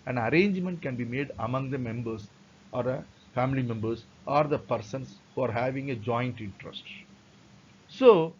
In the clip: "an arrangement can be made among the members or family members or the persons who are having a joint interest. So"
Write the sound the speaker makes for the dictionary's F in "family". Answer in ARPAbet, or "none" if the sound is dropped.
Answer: F